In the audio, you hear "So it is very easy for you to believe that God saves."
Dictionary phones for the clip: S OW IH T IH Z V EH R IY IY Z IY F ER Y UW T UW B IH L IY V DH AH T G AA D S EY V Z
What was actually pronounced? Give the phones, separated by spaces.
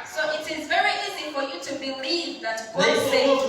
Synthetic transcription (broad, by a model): S OW IH T IH Z V EH R IY IY Z IY F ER Y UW T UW B IH L IY V DH AH T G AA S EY